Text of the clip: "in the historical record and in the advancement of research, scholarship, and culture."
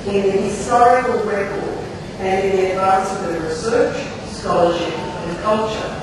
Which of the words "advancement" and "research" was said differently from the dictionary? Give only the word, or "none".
advancement